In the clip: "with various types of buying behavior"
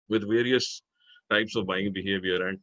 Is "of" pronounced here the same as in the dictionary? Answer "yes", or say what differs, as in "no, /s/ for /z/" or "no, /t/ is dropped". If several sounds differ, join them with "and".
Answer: yes